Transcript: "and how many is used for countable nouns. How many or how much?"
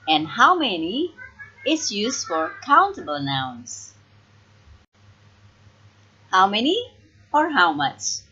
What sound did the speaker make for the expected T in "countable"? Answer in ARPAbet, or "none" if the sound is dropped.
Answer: T